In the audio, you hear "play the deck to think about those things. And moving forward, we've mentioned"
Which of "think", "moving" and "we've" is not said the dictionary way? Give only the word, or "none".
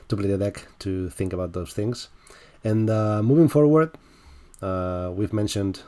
none